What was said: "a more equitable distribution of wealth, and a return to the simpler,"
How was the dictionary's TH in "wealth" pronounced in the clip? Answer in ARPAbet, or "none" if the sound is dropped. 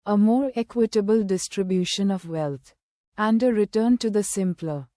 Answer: T